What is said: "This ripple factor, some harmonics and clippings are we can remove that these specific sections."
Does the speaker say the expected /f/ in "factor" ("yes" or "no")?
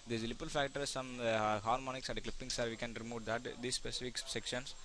yes